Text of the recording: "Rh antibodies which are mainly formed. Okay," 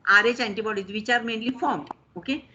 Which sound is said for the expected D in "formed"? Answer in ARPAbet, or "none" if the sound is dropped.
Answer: none